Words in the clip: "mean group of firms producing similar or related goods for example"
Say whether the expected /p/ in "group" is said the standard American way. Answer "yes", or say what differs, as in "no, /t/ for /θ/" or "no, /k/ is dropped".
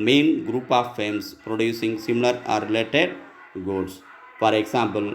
yes